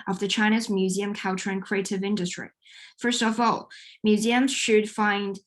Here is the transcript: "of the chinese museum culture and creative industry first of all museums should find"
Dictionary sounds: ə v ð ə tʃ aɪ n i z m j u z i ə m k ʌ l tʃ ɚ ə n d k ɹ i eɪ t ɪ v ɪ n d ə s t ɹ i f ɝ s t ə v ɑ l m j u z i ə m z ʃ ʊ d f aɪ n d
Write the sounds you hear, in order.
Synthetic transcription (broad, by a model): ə v ð ə tʃ aɪ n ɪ z m j u z i ə m k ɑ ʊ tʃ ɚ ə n k ɹ i eɪ t ɪ v ɪ n d ə s t ɹ i f ɝ s t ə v ɑ l m j u z i ə m z ʃ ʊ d f aɪ n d